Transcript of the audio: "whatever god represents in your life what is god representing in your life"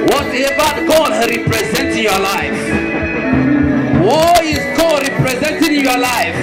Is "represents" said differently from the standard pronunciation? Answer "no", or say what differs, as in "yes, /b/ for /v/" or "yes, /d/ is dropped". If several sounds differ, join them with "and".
yes, /s/ is dropped